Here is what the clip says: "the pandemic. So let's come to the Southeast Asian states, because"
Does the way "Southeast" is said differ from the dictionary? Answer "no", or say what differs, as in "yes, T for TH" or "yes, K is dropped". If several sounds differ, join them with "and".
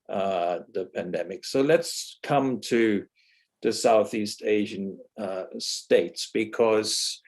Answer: no